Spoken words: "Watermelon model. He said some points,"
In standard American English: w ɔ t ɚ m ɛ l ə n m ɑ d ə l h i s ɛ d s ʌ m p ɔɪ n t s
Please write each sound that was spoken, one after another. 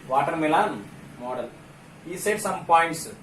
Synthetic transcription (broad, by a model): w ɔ t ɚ m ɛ l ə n m ɑ d ə l h i s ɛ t s ʌ m p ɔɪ n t s